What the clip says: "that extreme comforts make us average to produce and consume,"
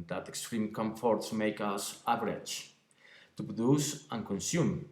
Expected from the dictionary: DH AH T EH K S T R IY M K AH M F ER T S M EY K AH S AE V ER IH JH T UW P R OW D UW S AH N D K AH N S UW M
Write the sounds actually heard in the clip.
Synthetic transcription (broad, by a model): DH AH T EH K S T R IY M K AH M F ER T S M EY K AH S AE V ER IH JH T UW P R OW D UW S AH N K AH N S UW M